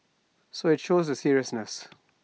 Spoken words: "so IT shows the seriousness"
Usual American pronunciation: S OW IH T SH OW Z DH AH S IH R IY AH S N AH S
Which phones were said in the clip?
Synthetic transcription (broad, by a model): S OW IH T SH OW Z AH S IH R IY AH S N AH S